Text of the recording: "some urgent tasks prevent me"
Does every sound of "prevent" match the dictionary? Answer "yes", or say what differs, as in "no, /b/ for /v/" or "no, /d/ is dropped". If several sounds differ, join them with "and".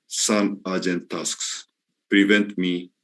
yes